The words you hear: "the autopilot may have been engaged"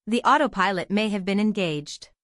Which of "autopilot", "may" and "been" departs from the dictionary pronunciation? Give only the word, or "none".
none